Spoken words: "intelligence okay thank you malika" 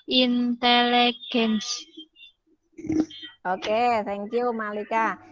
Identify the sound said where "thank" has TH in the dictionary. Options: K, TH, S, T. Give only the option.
S